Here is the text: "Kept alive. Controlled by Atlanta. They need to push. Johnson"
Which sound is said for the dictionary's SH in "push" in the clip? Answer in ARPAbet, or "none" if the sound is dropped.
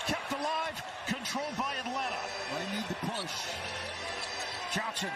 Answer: S